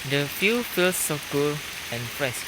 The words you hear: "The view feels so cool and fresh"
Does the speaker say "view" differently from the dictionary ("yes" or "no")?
yes